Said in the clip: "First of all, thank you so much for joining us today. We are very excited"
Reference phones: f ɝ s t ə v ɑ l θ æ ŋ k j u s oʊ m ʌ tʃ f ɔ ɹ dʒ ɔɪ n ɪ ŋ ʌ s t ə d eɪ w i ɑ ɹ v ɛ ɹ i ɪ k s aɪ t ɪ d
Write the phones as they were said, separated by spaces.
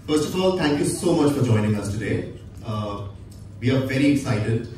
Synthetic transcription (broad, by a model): f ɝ s t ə f ɑ l t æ ŋ k j u s oʊ m ʌ tʃ f ɔ ɹ dʒ ɔɪ n ɪ ŋ ʌ s t ə d eɪ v i ɑ ɹ v ɛ ɹ i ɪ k s aɪ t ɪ d